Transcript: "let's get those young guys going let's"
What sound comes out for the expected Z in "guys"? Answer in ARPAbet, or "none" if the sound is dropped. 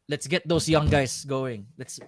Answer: S